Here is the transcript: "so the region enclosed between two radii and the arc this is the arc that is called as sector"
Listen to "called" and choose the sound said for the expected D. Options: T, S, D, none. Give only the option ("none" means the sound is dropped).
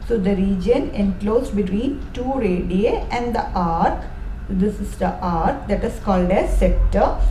D